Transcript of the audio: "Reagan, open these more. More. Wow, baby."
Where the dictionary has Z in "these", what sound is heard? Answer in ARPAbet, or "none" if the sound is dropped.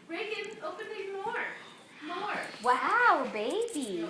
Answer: none